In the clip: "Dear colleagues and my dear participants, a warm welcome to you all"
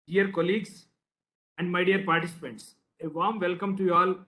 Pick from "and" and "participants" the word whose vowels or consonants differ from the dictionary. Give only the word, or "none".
none